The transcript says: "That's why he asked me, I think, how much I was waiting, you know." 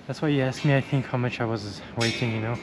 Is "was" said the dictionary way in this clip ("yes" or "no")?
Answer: yes